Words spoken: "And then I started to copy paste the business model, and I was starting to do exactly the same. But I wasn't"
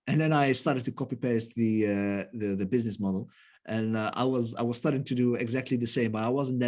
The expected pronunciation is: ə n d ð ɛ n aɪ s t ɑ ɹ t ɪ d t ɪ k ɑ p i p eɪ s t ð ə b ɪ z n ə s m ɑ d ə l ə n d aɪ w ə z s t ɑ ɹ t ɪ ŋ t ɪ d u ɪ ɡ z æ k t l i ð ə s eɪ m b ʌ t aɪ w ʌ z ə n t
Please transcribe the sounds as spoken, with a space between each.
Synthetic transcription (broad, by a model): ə n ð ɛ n aɪ s t ɑ ɹ t ɪ d t ɪ k ɑ p i p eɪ s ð ð ə b ɪ z n ə s m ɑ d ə n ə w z aɪ w ə z s t ɑ ɹ t ɪ ŋ t ɪ d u ɪ ɡ z æ k t l i ð ə s eɪ m b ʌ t aɪ w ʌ z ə n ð